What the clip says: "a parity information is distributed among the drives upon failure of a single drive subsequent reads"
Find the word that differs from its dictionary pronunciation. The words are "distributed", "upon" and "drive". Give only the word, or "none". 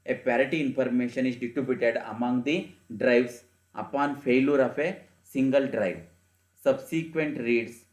distributed